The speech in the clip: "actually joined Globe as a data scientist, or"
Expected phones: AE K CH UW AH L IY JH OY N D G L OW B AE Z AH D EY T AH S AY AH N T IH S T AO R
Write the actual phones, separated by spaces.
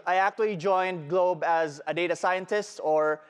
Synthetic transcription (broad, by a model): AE K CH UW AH L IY JH OY N D G L OW B AE Z AH D EY T AH S AY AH N T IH S T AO R